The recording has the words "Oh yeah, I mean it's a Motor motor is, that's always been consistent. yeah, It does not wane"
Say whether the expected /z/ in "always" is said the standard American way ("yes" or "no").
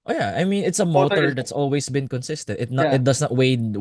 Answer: no